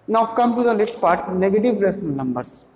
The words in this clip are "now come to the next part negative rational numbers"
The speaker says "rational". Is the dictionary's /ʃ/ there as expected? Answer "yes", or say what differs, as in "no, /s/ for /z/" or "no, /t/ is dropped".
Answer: no, /s/ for /ʃ/